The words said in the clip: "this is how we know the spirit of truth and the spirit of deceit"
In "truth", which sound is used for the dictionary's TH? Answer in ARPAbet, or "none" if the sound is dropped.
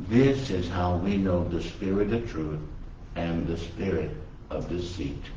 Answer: TH